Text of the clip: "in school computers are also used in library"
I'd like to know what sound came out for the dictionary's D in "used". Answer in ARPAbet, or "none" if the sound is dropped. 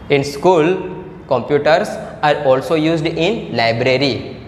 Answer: D